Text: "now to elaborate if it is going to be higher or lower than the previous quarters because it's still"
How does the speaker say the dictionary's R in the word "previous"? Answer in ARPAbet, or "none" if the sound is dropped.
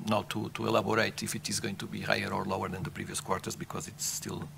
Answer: R